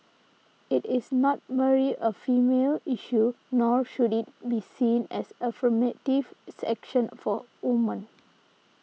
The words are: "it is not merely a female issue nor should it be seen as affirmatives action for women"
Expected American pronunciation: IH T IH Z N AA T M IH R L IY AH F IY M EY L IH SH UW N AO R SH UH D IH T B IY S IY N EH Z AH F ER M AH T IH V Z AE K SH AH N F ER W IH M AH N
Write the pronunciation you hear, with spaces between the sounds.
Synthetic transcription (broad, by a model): IH T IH S N AA T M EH R IY AH F IY M EY L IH SH UW N AO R SH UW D IH T B IY S IY N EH S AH F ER M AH T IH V S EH K SH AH N F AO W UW M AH N